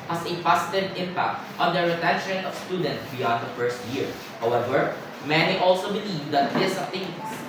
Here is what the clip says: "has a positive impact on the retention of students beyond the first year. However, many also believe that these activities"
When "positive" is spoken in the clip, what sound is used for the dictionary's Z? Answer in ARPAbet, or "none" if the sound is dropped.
S